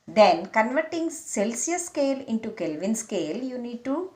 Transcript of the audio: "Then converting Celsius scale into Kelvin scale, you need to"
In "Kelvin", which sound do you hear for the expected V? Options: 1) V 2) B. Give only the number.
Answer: 1